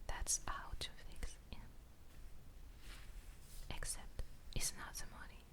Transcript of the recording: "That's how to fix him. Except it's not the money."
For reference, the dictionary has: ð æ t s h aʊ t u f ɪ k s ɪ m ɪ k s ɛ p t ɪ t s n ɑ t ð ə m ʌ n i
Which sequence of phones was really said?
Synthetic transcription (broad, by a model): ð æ t s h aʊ t u f ɪ k s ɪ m ɪ k s ɛ p t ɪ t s n ɑ t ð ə m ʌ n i